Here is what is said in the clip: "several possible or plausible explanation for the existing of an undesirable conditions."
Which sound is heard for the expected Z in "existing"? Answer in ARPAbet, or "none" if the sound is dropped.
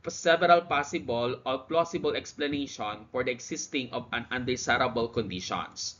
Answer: S